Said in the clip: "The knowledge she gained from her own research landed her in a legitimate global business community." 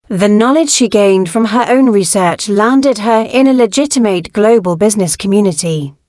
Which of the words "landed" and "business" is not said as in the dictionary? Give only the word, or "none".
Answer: none